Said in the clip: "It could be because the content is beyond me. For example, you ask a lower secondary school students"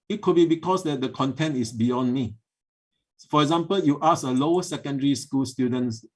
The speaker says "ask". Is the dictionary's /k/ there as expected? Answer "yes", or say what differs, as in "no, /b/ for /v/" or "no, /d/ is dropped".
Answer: no, /k/ is dropped